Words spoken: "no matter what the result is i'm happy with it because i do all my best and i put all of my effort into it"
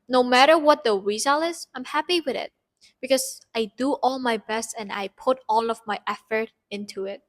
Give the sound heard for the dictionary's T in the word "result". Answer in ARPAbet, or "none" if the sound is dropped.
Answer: none